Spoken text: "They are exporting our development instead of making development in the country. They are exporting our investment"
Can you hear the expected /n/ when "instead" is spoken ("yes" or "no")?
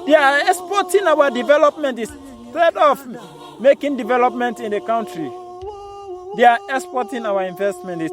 no